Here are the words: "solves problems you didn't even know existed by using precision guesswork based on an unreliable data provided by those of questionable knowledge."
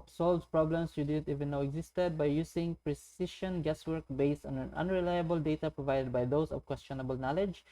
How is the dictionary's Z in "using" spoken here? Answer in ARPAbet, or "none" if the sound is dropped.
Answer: S